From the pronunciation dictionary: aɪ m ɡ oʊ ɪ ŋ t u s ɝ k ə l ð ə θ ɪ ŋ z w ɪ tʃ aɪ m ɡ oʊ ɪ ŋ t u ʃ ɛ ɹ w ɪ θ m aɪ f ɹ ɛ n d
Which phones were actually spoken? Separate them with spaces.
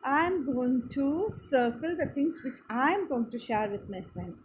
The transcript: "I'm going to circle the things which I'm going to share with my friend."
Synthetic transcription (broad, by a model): aɪ m ɡ oʊ ɪ ŋ t u s ɝ k ə l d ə t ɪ ŋ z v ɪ tʃ aɪ m ɡ oʊ ɪ ŋ t u ʃ ɛ ɹ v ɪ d m aɪ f ɹ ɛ n d